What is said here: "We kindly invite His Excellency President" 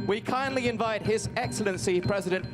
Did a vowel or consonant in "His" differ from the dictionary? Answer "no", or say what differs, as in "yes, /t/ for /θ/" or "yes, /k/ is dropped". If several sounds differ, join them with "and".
no